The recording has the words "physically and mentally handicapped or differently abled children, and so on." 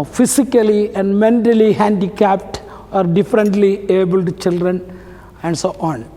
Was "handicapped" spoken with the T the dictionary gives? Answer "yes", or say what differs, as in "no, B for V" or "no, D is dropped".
yes